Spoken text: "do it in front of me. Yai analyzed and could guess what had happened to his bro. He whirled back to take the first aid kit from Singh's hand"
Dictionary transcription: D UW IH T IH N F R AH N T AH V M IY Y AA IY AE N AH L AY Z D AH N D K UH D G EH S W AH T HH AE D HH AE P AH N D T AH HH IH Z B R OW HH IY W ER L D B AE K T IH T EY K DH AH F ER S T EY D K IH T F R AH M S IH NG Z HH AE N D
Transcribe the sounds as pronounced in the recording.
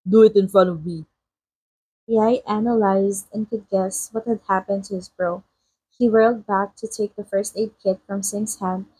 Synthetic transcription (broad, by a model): D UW IH T IH N F R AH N AH V M IY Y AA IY AE N AH L AY Z D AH N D K UH D G EH S W AH T HH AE D HH AE P AH N D T AH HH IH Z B R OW HH IY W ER L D B AE K T IH T EY K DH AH F ER S T EY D K IH T F R AH M S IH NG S HH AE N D